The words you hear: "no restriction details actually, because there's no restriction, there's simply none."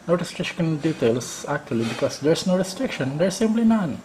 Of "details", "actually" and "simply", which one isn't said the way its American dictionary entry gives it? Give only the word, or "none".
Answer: details